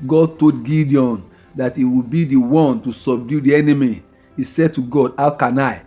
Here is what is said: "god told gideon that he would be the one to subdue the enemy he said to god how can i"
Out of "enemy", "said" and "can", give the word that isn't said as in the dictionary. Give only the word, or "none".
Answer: none